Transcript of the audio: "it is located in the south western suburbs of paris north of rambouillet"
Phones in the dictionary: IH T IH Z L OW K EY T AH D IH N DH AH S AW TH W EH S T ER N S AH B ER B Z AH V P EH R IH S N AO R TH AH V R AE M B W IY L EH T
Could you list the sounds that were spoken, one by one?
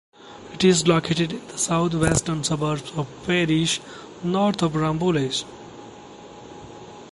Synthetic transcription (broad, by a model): IH T IH Z L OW K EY T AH D IH N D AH S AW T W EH S T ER N S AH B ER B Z AH V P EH R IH SH N AO R T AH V R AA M B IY L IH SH